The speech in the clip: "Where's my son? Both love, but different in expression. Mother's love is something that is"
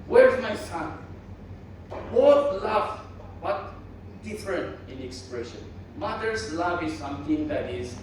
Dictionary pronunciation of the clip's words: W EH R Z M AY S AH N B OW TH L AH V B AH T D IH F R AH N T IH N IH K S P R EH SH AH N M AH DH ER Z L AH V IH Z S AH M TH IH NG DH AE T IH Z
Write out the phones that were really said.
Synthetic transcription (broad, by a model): W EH R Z M AY S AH N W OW T L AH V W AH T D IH F R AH N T IH N IH K S P R EH SH AH N M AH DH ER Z L AH V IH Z S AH M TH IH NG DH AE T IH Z